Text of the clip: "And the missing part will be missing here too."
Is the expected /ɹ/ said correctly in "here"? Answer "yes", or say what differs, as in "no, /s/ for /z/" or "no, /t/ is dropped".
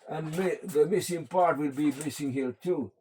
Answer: no, /l/ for /ɹ/